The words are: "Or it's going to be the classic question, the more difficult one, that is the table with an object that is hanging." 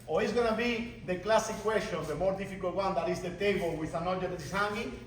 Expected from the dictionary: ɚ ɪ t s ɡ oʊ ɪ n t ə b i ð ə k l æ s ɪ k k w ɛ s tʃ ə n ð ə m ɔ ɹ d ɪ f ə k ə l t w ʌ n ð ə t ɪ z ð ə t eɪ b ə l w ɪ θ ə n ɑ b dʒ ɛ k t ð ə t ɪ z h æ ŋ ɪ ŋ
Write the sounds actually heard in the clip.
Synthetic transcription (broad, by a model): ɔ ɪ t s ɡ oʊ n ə b i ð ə k l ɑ s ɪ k k w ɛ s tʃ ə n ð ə m ɔ ɹ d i f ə k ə l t w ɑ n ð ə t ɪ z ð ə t eɪ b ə l w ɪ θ ə n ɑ dʒ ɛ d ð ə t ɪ s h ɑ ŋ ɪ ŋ